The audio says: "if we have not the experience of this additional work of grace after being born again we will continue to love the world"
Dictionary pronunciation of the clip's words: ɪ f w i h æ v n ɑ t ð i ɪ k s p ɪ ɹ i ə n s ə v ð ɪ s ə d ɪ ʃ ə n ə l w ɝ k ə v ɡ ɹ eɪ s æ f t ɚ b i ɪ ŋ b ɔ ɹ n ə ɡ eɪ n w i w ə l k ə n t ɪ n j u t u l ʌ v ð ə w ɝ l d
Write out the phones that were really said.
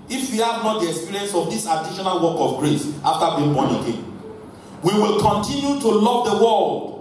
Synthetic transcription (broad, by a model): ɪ f w i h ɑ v n ɑ t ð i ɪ k s p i ɹ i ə n s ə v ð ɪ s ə d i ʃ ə n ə l w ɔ k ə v ɡ ɹ eɪ s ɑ f t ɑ b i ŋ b ɔ n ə ɡ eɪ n w i w ə l k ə n t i n j u t u l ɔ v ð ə w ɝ l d